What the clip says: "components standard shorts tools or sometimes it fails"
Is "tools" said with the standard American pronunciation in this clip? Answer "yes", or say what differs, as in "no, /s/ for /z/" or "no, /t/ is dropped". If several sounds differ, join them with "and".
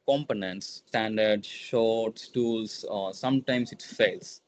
no, /s/ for /z/